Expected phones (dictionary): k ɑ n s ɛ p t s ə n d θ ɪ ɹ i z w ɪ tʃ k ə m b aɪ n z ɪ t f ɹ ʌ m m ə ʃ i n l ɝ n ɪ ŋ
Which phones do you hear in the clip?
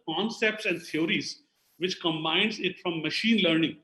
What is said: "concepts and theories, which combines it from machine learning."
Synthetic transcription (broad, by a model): k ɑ n s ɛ p t s ə n d t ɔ ɹ i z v ɪ tʃ k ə m b aɪ n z ɪ t f ɹ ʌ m m ə ʃ i n l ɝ n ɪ ŋ